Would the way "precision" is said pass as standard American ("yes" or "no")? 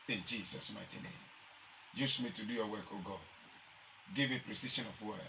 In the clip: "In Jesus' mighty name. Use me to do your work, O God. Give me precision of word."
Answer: no